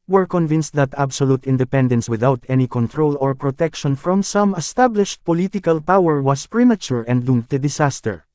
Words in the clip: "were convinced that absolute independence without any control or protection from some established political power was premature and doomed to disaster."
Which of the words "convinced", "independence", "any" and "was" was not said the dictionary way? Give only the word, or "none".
was